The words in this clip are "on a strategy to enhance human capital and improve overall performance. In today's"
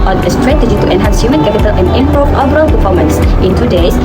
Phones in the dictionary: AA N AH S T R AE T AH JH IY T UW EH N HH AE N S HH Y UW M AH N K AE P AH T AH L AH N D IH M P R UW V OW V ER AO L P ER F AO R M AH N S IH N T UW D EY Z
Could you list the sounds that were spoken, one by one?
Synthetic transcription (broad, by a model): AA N AH S T R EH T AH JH IY T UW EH N HH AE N S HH Y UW M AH N K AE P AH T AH L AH N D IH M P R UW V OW B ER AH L P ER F AO M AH N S IH N T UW D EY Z